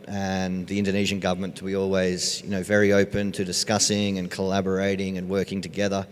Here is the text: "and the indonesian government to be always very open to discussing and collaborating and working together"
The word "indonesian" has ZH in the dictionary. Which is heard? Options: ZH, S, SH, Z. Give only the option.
ZH